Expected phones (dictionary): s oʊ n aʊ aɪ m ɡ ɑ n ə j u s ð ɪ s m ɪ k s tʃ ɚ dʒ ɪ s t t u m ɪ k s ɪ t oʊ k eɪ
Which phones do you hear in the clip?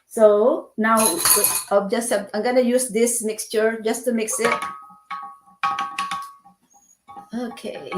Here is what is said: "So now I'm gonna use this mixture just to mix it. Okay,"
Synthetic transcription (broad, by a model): s oʊ n aʊ aɪ m ɡ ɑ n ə j u s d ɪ s m ɪ k s tʃ ɚ dʒ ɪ s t t u m ɪ k s ɪ t oʊ k eɪ